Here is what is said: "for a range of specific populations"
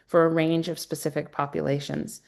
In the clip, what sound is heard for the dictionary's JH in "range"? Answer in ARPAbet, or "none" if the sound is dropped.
JH